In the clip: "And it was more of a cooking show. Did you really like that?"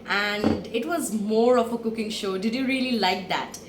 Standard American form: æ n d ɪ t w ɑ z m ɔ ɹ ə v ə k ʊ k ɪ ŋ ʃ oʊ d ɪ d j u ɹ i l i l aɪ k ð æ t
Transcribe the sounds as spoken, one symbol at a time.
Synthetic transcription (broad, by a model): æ n d ɪ t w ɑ z m ɔ ɹ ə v ə k ʊ k ɪ ŋ ʃ oʊ d ɪ d j u ɹ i l i l aɪ k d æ t